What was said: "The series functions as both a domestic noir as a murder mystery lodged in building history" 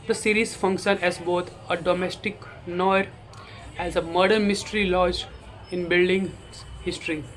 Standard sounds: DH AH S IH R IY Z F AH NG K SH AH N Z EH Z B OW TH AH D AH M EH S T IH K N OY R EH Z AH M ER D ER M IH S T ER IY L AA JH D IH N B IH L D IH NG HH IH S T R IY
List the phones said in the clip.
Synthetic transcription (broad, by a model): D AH S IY R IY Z F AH NG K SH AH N EH Z B OW T AH D AH M EH S T IH K N OY R EH Z AH M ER D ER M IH S T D IY L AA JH IH N B IH L D IH NG HH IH S T R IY